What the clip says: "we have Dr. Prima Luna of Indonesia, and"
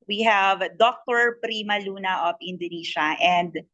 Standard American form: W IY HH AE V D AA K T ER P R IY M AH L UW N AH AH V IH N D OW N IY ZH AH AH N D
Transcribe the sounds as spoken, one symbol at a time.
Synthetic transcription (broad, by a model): W IY HH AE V D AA K T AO P R IY M AH L UW N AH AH P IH N D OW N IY SH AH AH N D